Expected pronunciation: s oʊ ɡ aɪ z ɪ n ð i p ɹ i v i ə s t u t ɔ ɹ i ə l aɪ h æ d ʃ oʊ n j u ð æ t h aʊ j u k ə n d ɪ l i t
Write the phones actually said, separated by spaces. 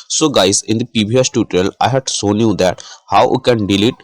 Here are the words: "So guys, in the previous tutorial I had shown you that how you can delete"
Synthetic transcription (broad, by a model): s oʊ ɡ aɪ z ɪ n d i p i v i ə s t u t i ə l aɪ h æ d s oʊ n j u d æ t h aʊ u k ə n d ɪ l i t